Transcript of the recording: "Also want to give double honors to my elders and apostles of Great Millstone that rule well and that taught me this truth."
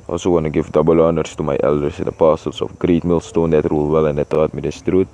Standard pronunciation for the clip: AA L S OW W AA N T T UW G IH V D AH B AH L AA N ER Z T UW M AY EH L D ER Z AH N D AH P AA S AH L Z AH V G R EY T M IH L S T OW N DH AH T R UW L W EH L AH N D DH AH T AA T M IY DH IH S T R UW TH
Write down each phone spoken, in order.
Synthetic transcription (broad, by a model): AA L S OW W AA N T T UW G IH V D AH B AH L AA N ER S T UW M AY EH L D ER S AH N D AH P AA S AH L S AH F G R EY T M IH L S T OW N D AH T R UW L W EH L AH N D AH T AA T M IY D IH S T R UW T